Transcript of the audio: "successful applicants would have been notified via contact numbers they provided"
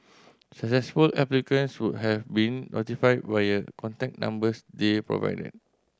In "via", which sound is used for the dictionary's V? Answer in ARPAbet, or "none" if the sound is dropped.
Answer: B